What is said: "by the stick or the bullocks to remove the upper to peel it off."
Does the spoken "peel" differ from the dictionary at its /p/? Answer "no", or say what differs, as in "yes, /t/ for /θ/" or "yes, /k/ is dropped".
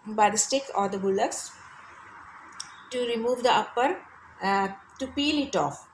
no